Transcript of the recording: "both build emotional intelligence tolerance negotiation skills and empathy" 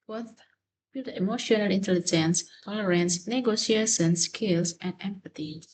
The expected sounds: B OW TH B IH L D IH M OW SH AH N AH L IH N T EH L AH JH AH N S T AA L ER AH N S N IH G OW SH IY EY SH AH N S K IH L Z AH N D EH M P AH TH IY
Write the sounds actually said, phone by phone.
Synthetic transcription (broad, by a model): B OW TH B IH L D IH M OW SH AH N AH L IH N T EH L AH JH AH N S T AA L ER AH N S N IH G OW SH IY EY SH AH N S K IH L S AH N D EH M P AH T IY